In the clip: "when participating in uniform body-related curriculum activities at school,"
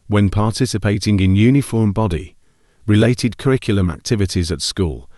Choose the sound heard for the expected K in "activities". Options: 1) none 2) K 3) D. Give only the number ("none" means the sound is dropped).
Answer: 2